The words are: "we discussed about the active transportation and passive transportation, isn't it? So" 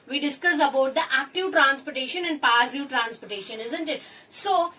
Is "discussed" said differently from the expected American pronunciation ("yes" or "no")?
yes